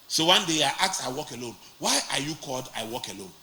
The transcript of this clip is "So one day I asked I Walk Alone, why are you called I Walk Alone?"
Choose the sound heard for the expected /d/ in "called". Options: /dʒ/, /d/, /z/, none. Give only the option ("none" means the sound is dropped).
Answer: /d/